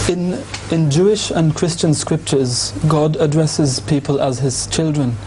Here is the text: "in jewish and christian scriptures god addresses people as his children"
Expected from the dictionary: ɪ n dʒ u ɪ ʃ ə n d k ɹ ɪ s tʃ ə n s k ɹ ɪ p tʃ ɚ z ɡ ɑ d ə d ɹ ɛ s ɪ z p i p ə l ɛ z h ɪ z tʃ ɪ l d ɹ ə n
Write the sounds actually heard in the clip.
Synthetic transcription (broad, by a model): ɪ n dʒ u ɪ ʃ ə n k ɹ ɪ s tʃ ə n s k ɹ ɪ p tʃ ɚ z ɡ ɑ d ə d ɹ ɛ s ɪ z p i p ə l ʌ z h ɪ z tʃ ɪ l d ɹ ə n